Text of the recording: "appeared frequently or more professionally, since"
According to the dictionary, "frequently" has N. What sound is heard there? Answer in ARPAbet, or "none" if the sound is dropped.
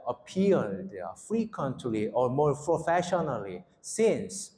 N